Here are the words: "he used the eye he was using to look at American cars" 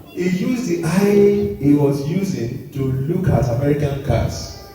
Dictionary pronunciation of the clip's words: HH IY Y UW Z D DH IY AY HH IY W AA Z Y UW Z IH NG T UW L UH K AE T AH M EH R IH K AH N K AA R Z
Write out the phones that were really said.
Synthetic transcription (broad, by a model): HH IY Y UW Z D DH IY AY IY W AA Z Y UW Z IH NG T UW L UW K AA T AH M EH R IH K AH N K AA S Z